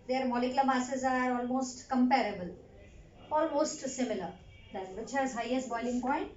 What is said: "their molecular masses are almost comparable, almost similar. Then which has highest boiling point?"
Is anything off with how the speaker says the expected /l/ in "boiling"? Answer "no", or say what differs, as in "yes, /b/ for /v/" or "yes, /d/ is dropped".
no